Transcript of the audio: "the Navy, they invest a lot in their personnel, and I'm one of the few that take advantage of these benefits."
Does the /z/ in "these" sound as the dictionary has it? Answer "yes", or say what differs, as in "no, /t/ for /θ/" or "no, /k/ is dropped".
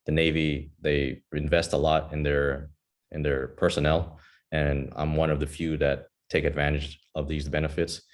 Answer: yes